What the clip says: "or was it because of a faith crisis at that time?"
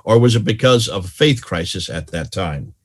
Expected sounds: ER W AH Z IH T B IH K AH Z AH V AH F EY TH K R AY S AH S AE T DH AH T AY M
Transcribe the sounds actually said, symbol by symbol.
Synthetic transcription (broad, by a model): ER W AH Z IH T B IH K AH Z AH V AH F EY TH K R AY S AH S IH T DH AH T AY M